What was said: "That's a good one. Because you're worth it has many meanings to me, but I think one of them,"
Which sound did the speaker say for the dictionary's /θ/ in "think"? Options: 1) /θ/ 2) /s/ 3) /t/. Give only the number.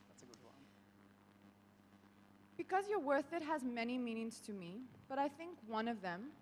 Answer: 1